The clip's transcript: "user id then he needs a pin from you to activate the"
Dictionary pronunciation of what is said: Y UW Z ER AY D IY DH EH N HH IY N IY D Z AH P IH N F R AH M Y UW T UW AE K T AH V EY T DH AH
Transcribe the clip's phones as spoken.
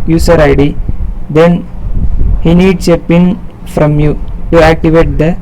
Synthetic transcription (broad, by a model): Y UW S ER AY D IY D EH N HH IY N IY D S AH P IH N F R AH M Y UW T UW AE K T AH V EY T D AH